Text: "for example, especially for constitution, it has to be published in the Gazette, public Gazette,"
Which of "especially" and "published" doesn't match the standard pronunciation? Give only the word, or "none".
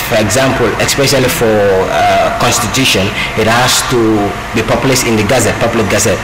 published